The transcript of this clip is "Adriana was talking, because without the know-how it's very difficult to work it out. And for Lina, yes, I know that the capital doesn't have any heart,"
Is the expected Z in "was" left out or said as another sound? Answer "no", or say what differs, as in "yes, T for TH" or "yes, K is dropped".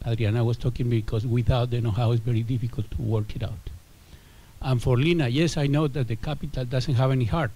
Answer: yes, S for Z